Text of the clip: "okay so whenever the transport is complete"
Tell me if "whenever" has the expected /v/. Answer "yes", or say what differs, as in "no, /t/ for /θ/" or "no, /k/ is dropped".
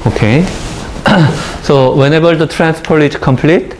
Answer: no, /b/ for /v/